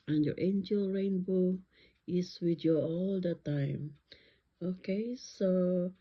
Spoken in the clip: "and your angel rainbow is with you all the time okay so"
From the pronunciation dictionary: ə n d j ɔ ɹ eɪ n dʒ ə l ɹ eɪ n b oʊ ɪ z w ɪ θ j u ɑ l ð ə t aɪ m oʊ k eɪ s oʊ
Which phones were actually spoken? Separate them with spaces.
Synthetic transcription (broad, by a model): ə n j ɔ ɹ eɪ n dʒ ə l ɹ eɪ n b oʊ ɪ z w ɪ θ j u ɑ l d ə t aɪ m oʊ k eɪ s oʊ